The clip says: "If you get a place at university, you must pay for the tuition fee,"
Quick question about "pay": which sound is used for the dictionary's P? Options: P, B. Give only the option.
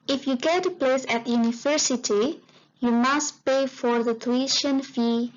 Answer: P